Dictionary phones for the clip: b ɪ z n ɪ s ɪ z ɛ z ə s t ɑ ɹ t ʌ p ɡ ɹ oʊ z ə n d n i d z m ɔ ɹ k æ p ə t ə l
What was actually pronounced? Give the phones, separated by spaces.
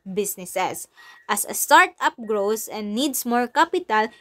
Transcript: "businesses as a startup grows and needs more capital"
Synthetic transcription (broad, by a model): b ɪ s n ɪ s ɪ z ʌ s ə s t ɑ ɹ t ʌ p ɡ ɹ oʊ s ə n d n i d s m ɔ ɹ k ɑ p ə t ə l